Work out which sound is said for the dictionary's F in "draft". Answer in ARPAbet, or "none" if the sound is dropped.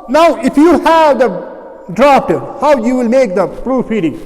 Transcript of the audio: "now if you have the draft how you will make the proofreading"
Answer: P